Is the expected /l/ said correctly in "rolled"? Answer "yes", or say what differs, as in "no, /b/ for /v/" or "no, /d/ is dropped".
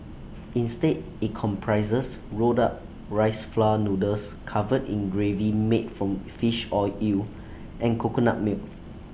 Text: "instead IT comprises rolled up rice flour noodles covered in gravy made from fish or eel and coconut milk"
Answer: no, /l/ is dropped